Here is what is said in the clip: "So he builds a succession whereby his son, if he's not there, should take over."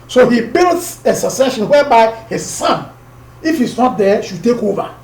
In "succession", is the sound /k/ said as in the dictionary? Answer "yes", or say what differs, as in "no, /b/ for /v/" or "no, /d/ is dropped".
no, /k/ is dropped